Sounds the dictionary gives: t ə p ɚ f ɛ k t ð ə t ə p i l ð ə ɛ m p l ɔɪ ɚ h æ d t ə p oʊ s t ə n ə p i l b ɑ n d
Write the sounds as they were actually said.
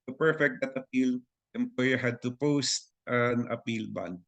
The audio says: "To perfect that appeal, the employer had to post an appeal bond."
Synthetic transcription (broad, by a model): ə p ɚ f ɛ k t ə t ə p i l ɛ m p ɔɪ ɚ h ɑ d t ə p oʊ s t ə n ə p i l b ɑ n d